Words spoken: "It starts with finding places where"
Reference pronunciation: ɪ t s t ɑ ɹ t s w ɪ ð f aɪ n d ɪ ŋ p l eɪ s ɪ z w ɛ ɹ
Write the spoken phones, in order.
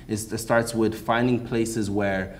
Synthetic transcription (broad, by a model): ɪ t s t ɑ ɹ t s w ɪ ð f aɪ n d ɪ ŋ p l eɪ s ɪ z w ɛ ɹ